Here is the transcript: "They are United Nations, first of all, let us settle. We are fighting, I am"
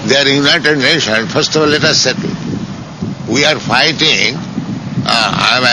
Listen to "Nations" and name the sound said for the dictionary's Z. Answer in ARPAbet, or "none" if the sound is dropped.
none